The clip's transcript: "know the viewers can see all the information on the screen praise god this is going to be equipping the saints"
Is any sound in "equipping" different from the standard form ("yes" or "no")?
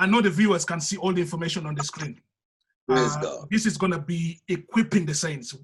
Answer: no